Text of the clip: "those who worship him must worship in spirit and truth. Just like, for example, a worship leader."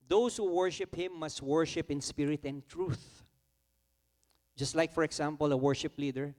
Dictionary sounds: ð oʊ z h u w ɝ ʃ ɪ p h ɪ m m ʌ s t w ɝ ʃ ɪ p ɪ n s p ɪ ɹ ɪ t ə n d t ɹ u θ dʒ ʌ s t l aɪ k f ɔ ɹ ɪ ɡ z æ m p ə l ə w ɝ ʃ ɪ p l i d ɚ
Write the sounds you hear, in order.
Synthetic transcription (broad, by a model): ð oʊ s h u w ɝ ʃ ɪ p h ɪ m m ʌ s t w ɝ ʃ ɪ p ɪ n s p ɪ ɹ ɪ t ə n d t ɹ u θ dʒ ʌ s t l aɪ k f ɔ ɹ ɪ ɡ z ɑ m p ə l ə w ɝ ʃ ɪ p l i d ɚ